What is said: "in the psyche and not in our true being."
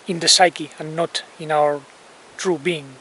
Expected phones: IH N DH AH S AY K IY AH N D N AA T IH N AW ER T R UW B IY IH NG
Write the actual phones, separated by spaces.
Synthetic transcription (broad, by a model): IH N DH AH S AY K IY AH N N AA T IH N AW ER T R UW B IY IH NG